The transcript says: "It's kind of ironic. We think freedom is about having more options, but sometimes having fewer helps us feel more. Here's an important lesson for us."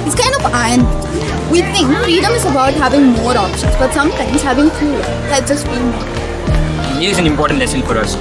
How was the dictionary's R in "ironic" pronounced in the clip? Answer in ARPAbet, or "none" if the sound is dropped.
none